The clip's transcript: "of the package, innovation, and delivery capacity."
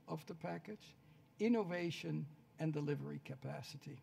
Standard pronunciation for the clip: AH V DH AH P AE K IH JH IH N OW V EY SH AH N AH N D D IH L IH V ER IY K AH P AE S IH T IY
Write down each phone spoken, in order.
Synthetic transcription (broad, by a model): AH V DH AH P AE K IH CH IH N OW V EY SH AH N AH N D D IH L IH V ER IY K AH P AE S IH T IY